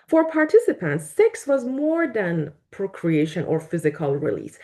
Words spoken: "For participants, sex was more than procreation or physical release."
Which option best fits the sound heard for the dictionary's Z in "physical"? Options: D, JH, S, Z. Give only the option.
Z